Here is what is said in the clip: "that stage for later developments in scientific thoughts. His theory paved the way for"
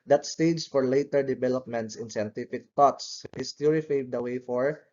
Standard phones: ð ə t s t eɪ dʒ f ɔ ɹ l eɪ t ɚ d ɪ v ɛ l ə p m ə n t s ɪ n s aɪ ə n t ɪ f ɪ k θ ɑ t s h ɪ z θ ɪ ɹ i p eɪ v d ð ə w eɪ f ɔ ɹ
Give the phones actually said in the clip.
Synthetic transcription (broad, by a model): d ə t s t eɪ dʒ f ɔ ɹ l eɪ t ɚ d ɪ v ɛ l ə p m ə n t s ɪ n s aɪ ə n t ɪ f ɪ k t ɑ t s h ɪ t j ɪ ɹ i f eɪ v d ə w eɪ f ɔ ɹ